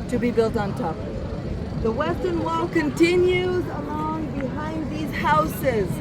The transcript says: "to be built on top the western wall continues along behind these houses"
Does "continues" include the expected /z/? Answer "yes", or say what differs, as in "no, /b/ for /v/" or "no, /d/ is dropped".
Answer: yes